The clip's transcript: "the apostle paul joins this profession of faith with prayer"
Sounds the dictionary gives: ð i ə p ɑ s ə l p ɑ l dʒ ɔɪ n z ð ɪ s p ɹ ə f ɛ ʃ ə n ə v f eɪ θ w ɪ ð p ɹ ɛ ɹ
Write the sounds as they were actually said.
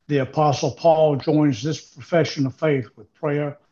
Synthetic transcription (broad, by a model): ð i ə p ɑ s l p ɑ l dʒ ɔɪ n z ð ɪ s p ɹ ə f ɛ ʃ ə n ə v f eɪ θ w ɪ ð p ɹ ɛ ɹ